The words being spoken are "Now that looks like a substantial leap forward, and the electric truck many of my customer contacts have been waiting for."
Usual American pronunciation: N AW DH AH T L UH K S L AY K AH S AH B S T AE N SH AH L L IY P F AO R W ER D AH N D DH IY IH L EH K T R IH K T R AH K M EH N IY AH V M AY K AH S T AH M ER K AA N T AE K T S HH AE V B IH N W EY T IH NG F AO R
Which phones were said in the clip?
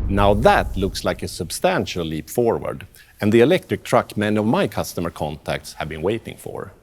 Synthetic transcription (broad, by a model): N AW DH AH T L UH K S L AY K AH S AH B S T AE N SH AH L L IY P F AO R W ER D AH N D DH IY IH L EH K T R IH K T R AH K M EH N AH V M AY K AH S T AH M ER K AA N T AE K T S HH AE V B IH N W EY T IH NG F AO R